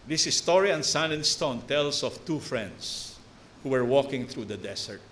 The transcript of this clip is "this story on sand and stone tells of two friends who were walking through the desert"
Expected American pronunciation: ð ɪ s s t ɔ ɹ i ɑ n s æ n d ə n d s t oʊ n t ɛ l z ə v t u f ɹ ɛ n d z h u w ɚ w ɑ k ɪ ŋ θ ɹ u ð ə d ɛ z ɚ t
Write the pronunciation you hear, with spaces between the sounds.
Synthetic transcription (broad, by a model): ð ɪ s s t ɔ ɹ i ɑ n s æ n ə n s t oʊ n t ɛ l s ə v t u f ɹ ɛ n d s h u w ɚ w ɑ k ɪ ŋ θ ɹ u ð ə d ɛ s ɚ t